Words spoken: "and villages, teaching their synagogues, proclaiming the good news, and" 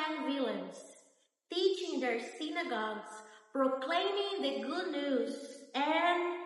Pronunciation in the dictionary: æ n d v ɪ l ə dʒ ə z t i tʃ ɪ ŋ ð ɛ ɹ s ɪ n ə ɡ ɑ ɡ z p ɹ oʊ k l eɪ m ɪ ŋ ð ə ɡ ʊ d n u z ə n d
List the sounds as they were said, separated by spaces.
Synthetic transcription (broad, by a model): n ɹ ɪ l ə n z t i tʃ ɪ ŋ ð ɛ ɹ s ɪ n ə ɡ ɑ ɡ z p ɹ oʊ k l eɪ m ɪ ŋ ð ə ɡ ʊ d n u z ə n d